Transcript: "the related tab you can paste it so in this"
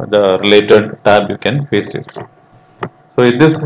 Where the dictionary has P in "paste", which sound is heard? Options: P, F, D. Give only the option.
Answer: F